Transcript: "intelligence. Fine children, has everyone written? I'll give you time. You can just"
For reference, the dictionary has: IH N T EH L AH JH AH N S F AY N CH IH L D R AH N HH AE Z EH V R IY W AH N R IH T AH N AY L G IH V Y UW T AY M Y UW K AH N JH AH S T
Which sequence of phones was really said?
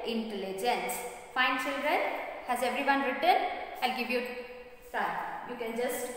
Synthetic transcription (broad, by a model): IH N T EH L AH JH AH N S F AY N CH IH L D R AH N HH AE Z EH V R IY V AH N R IH T AH N AY L G IH V Y UW S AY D Y UW K AH N JH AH S T